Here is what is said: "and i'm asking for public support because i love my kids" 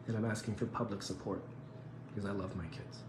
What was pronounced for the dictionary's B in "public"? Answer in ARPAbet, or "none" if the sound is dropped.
B